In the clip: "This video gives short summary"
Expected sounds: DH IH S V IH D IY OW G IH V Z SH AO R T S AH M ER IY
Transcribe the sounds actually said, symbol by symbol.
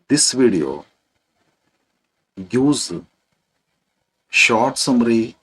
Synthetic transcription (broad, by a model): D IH S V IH D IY OW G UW Z SH AO R T S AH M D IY